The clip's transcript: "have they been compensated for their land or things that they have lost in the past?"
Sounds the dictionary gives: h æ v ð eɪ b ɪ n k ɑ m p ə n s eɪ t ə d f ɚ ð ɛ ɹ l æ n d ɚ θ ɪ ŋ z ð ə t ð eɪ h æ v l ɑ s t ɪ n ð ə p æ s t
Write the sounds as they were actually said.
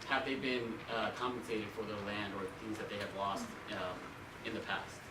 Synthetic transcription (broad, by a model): h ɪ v ð eɪ b ɪ n k ɑ m p ə n s eɪ t ə d f ɚ ð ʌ l æ n d ɚ θ ɪ ŋ z ð ə t ð eɪ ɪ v l ɑ s t ɪ n ð ə p æ s t